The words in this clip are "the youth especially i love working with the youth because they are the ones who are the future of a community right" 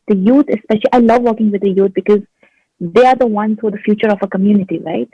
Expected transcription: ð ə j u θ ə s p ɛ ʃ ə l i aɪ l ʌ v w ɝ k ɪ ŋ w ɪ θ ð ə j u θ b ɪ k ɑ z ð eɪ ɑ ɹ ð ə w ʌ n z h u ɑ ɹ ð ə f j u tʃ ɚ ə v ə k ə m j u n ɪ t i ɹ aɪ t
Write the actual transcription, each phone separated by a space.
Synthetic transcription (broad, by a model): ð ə j u t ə s p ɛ ʃ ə l i aɪ l ʌ v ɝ k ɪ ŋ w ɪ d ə j u t b ɪ k ɑ z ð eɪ ɑ ɹ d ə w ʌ n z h ɑ ɹ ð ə f j u tʃ ɚ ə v ə k ə m j u n ɪ t i ɹ aɪ t